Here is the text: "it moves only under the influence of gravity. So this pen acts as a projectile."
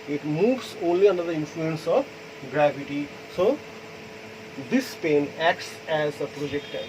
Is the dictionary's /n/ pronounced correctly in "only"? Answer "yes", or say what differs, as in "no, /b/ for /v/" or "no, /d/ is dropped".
yes